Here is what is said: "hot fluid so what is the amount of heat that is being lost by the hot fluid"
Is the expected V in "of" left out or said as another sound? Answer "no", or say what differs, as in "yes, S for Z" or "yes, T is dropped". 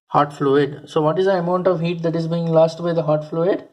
no